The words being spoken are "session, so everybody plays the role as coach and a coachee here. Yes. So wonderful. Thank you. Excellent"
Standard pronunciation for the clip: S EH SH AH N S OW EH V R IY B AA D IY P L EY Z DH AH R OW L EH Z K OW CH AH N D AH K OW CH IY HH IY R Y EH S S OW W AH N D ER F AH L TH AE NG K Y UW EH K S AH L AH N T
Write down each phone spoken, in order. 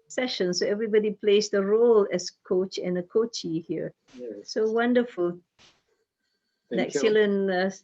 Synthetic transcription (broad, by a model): S EH SH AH N S OW EH V R IY B AA D IY P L EY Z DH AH R OW L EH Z K OW CH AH N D AH K OW CH IY HH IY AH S S OW W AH N D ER F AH L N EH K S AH L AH N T